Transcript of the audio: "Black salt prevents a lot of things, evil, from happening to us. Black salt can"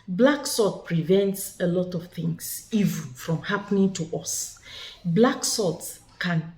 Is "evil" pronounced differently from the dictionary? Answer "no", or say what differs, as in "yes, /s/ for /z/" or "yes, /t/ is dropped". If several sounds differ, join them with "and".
yes, /n/ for /l/